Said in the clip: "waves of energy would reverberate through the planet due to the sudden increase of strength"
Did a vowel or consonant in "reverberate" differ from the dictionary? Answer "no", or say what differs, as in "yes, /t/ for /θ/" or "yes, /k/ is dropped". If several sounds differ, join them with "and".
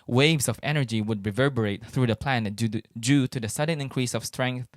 no